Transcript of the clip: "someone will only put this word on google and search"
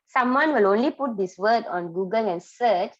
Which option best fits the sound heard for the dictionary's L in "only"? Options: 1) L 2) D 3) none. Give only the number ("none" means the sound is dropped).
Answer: 1